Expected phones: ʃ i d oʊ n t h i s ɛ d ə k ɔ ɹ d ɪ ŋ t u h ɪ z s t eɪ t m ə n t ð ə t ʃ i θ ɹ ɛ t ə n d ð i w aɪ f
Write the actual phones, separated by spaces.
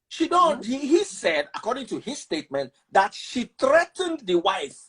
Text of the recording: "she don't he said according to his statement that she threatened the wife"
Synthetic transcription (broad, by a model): ʃ i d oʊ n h h i s ɛ d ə k ɔ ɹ d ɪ ŋ t u h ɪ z s t eɪ t m ə n t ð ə t ʃ i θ ɹ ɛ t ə n d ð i w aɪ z